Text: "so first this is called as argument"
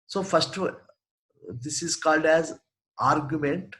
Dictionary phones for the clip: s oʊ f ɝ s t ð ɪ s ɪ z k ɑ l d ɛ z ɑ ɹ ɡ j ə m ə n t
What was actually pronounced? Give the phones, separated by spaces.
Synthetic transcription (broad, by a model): s oʊ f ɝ s t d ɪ s ɪ z k ɑ l d ɛ z ɑ ɹ ɡ j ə m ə n t